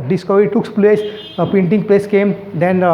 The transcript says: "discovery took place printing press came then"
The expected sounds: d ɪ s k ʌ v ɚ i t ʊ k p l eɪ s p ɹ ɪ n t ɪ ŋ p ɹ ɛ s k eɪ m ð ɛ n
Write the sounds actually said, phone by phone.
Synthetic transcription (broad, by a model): d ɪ s k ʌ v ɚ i t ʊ k p l eɪ s p ɛ n t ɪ ŋ p l ɛ s k eɪ m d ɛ n